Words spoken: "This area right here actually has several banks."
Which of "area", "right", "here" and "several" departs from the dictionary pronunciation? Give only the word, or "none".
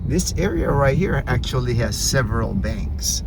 none